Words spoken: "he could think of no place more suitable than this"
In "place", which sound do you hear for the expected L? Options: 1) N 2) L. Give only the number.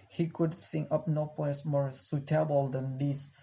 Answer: 1